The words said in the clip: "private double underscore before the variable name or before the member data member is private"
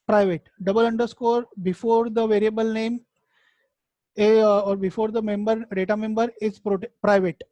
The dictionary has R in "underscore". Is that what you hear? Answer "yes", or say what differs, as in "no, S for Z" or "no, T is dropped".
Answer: yes